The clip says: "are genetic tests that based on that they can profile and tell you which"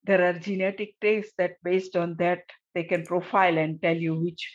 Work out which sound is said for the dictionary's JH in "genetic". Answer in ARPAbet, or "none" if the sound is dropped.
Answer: JH